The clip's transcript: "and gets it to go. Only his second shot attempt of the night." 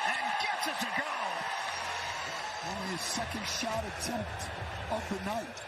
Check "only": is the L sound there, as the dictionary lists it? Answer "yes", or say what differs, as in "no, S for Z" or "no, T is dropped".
no, L is dropped